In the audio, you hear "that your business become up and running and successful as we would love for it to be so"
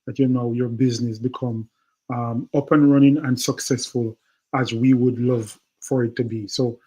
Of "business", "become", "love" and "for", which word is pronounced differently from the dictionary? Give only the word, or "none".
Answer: none